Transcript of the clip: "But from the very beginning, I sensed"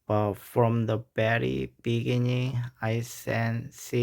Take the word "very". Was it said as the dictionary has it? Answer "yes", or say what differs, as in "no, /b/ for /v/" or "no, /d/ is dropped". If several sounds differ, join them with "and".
no, /b/ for /v/